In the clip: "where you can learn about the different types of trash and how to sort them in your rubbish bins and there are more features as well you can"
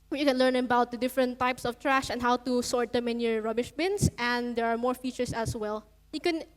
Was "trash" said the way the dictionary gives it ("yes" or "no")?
yes